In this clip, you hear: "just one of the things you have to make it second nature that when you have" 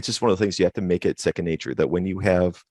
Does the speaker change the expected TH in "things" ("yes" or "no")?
no